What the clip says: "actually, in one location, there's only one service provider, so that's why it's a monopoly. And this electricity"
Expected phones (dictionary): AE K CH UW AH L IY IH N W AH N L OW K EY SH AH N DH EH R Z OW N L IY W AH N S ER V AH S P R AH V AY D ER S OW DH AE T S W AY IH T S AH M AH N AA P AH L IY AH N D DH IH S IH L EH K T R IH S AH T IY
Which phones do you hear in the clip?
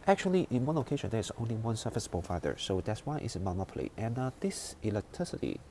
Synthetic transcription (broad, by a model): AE K CH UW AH L IY IH N W AH N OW K EY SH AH N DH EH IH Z OW N L IY W AH N S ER F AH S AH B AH F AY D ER S OW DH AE T S W AY IH T S AH M AH N AA P AH L IY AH N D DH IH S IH L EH K T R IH S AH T IY